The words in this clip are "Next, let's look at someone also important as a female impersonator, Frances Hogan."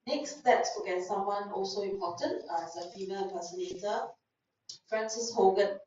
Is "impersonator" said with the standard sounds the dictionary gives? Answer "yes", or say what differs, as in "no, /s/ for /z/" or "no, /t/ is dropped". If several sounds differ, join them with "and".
no, /m/ is dropped